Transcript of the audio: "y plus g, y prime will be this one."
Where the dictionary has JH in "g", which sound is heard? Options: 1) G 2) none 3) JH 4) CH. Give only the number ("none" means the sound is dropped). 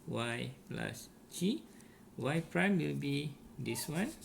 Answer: 4